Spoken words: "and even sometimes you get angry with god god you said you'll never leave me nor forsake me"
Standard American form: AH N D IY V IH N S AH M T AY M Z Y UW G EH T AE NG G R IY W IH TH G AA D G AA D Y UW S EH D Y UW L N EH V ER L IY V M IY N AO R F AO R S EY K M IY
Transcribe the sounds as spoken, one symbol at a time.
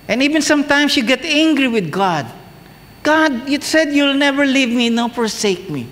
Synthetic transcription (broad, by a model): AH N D IY V IH N S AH M T AY M S Y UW G EH T AE NG G R IY W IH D G AA D G AA D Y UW S EH D Y UW L N EH V ER L IY V M IY N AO F AO R S EY K M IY